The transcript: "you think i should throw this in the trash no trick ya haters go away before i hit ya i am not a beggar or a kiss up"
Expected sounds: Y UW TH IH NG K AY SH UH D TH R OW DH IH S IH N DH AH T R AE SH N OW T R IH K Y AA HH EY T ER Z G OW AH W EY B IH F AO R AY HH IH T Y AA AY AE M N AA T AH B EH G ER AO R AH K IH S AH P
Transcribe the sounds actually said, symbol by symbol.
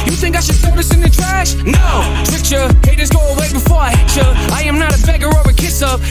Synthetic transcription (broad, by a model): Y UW TH IH NG K AY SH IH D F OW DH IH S IH N DH AH T R AE SH N OW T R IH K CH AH HH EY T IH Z G OW AH W EY B IH F AO R AY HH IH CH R AA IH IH M N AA T AH B EH G ER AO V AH K IH S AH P